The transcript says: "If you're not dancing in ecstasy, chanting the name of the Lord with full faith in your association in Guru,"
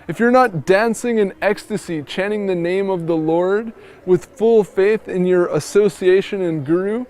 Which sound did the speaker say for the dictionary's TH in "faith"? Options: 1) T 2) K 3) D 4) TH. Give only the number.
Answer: 4